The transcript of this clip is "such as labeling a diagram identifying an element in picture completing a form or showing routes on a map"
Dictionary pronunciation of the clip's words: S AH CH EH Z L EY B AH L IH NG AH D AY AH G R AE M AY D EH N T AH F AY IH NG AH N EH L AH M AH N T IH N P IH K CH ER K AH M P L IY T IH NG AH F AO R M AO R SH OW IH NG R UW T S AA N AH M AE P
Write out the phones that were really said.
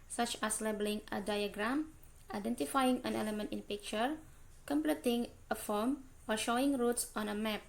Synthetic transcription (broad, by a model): S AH CH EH S L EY B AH L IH NG AH D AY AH G R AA M AY D EH N T AH F AY IH NG AH N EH L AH M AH N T IH N P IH K CH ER K AH M P L IY T IH NG AH F AO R M AO R SH OW IH NG R UW T S AA N AH M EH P